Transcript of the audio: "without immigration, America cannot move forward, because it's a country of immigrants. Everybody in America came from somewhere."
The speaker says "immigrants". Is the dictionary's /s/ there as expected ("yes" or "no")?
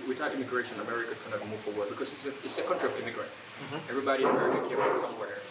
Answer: no